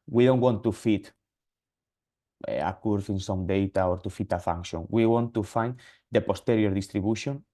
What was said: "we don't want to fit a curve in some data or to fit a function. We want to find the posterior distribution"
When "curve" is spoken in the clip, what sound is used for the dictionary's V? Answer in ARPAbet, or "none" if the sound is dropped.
F